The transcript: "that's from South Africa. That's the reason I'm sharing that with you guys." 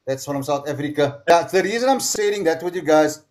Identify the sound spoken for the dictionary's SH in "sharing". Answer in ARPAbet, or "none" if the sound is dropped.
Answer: S